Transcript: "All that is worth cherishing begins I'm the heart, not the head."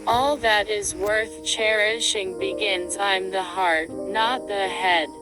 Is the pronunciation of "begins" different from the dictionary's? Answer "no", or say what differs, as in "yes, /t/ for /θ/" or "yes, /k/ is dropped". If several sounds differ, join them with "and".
no